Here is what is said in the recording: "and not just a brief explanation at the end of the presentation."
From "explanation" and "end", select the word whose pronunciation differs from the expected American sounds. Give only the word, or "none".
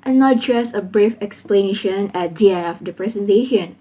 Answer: end